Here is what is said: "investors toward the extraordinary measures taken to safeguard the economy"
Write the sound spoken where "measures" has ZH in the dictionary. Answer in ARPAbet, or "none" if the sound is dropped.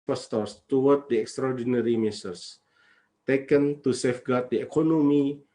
S